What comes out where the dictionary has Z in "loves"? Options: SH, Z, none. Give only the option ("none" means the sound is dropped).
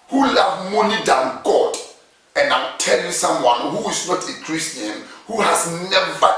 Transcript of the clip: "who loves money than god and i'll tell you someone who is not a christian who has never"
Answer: none